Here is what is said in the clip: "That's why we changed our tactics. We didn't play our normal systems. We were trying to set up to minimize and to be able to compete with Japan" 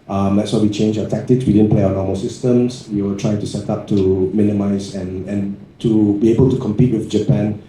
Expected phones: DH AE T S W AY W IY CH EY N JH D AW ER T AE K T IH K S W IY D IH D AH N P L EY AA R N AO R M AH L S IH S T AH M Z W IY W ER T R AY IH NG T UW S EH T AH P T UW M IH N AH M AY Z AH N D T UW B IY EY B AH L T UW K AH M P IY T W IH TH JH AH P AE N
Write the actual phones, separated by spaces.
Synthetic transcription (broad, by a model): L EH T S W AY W IY CH EY N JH AW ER T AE K T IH K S W IY D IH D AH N P L EY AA N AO M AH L S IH S T AH M S W IY W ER T R AY IH NG T UW S EH T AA P T UW M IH N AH M AY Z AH N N T UW B IY EY B AH L T UW K AH M P IY T W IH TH JH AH P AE N